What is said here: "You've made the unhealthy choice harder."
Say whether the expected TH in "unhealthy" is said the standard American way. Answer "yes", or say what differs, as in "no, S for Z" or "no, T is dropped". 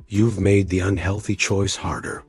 yes